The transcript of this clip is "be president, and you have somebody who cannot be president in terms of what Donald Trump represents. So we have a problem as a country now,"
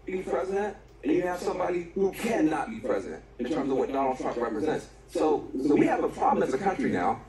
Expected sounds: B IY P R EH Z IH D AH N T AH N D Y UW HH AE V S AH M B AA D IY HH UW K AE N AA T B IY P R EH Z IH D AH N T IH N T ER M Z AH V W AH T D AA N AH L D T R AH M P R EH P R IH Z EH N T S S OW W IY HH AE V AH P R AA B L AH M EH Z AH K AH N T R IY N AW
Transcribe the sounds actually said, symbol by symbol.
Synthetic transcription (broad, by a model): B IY P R EH Z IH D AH N T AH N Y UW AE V S AH M B AA D IY HH UW K AE N AA T B IY P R EH Z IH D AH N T IH N T ER M Z AH V W AH T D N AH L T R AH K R EH P R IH Z EH N T S S OW W IY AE V AH P R AA B L AH M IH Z AH K AH N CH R IY N AW